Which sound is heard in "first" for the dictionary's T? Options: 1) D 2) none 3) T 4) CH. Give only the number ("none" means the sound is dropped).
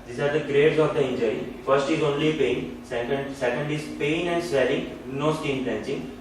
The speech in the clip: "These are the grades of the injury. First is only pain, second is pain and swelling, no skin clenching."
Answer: 3